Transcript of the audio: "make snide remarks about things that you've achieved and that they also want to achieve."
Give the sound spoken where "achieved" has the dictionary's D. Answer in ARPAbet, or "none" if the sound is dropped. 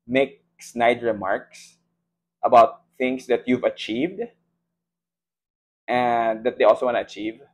D